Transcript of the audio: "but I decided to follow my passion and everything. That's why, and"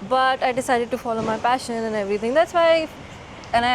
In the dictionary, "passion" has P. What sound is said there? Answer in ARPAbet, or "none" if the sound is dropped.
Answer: P